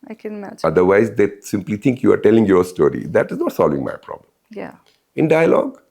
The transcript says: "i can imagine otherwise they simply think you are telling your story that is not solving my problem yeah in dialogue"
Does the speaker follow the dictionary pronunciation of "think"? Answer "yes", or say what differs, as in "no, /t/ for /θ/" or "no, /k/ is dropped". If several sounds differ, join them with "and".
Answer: no, /t/ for /θ/